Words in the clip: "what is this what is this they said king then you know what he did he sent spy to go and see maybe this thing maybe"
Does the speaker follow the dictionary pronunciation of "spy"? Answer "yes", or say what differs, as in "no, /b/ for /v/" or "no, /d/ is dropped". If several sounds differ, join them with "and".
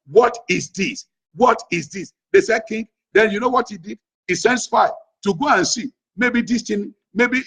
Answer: no, /f/ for /p/